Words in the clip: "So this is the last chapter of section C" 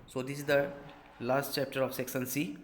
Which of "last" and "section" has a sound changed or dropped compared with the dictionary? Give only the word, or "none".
section